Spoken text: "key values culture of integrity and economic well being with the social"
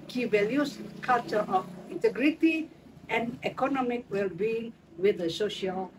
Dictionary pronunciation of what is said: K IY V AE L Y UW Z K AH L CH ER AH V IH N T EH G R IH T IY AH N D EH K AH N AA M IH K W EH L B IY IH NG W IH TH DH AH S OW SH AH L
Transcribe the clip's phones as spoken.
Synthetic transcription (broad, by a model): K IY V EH L Y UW S K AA L CH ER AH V IH N T EH G R IH T IY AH N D EH K AH N AA M IH K W EH L B IY IH NG W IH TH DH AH S OW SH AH L